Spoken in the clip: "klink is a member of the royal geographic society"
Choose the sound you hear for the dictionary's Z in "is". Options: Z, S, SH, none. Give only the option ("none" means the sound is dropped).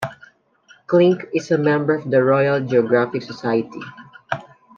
S